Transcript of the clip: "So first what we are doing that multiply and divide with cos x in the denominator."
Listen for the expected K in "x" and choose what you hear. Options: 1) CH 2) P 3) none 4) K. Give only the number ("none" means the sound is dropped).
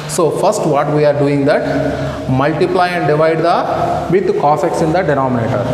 4